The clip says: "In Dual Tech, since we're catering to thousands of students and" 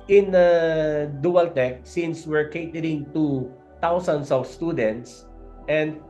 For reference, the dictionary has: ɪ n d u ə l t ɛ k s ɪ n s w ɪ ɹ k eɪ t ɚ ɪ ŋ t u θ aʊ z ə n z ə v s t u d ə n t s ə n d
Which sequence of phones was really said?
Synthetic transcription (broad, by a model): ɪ n d u ə l t ɛ k s ɪ n s w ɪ ɹ k eɪ t ɚ ɪ ŋ t u t aʊ s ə n s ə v s t u d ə n t s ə n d